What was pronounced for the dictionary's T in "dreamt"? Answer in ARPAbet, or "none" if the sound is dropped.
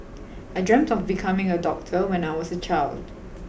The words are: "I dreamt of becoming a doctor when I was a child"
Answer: T